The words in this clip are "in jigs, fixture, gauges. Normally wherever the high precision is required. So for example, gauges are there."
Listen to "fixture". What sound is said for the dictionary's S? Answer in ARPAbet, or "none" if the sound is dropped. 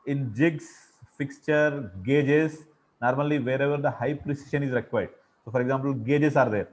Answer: S